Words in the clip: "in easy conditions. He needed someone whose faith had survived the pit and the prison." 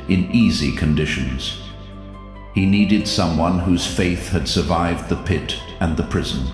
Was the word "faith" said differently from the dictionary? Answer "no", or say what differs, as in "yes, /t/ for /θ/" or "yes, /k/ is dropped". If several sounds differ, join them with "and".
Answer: no